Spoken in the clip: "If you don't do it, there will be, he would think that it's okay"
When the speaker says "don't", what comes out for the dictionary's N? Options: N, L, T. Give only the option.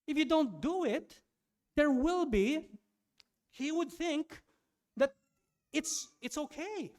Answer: N